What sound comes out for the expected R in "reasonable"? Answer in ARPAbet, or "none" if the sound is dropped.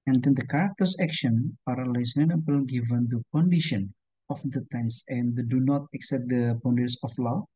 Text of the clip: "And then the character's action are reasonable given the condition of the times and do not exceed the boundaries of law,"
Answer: L